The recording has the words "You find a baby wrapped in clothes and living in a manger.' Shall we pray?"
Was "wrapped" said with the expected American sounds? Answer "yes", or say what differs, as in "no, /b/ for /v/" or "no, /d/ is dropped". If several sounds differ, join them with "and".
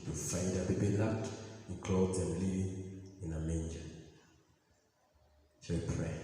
no, /l/ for /ɹ/ and /p/ is dropped